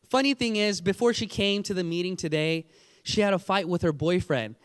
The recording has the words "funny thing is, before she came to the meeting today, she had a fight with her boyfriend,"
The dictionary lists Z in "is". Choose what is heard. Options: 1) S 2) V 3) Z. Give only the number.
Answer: 3